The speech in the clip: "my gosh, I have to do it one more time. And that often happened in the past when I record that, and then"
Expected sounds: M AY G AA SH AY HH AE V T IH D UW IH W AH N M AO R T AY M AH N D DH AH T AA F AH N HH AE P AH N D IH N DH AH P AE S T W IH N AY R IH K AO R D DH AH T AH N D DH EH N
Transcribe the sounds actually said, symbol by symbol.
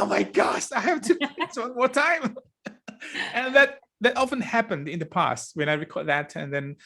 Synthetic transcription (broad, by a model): M AY G AA SH AY HH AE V T IH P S W AH N M AO R T AY M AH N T DH AH T AA F AH N HH AE P AH N D IH N DH AH P AE S T W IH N AY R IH K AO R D DH AH T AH N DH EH N